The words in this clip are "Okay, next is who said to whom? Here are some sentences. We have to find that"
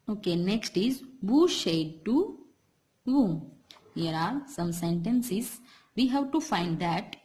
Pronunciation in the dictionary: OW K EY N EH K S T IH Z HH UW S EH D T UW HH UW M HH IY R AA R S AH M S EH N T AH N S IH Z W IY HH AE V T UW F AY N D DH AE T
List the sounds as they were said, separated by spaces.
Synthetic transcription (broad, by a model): OW K EY N EH K S T IH Z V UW SH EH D T UW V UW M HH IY R AA R S AH M S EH N T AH N S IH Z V IY HH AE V T UW F AY N D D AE T